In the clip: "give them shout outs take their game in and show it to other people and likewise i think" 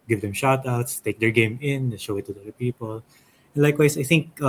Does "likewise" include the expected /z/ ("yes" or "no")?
no